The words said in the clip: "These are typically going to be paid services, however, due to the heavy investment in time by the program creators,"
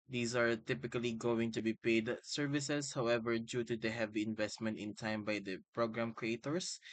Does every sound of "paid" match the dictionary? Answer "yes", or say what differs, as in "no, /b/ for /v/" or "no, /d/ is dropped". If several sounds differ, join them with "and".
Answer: yes